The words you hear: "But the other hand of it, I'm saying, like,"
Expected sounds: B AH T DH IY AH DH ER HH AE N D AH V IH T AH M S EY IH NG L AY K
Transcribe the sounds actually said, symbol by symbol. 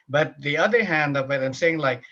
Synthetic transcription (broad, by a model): B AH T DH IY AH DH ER HH AE N D AH V IH T AH M S EY IH NG L AY K